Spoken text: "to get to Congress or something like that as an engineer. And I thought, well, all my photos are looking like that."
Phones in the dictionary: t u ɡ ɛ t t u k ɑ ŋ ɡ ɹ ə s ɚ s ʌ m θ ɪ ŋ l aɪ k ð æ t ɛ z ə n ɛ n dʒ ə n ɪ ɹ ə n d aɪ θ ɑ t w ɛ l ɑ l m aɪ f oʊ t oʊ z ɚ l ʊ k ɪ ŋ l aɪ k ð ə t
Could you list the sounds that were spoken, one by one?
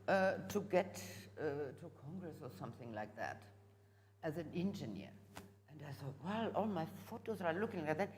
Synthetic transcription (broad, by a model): t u ɡ ɛ t t u k ɑ ŋ ɡ ɹ ə s ɚ s ʌ m θ ɪ ŋ l aɪ k ð æ t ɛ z ə n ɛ n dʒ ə n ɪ ɹ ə n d aɪ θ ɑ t w ɛ l ɑ l m aɪ f oʊ t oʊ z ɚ l ʊ k ɪ ŋ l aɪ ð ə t